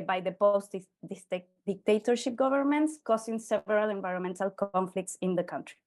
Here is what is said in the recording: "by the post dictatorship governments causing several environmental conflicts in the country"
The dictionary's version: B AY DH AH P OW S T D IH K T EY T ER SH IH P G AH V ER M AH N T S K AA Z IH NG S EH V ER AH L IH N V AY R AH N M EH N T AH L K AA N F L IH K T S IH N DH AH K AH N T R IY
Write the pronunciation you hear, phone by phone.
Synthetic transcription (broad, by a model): B AY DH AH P OW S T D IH K T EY T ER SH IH P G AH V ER M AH N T S K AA S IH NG S EH V ER AH L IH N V AY R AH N M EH N T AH L K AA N F L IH K T S IH N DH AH K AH N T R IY